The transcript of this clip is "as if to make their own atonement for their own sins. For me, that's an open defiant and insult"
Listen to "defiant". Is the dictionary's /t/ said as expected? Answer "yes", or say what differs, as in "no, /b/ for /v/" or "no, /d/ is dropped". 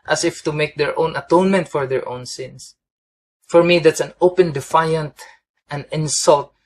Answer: yes